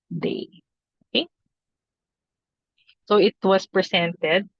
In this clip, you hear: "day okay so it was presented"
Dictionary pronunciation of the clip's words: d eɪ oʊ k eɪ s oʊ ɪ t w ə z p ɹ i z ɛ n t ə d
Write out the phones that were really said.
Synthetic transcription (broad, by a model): d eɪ oʊ k eɪ s oʊ ɪ t w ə s p ɹ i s ɛ n t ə d